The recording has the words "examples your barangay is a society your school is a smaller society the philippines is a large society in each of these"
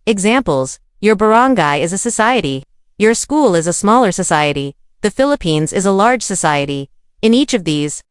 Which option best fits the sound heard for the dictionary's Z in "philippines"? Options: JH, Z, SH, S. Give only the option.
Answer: Z